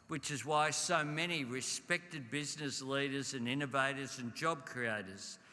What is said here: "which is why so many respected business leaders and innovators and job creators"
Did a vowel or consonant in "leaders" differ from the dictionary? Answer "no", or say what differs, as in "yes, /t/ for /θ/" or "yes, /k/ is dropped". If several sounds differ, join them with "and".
no